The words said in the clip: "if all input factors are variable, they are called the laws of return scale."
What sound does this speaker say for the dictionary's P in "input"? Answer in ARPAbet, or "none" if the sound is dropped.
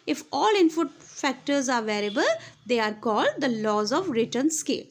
F